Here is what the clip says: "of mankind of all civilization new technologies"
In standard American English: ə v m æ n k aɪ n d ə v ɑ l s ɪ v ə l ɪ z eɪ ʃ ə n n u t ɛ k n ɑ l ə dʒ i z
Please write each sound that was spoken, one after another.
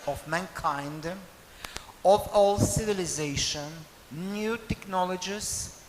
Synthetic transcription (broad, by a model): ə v m æ n k aɪ n d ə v ɑ l s ɪ v ə l ɪ z eɪ ʃ ə n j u t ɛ k n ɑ l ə dʒ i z